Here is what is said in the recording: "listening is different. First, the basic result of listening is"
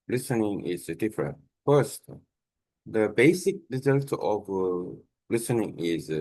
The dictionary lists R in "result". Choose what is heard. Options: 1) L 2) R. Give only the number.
2